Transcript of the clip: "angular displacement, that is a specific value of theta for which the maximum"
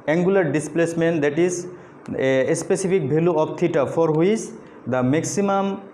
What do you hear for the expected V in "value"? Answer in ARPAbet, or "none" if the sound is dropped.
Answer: B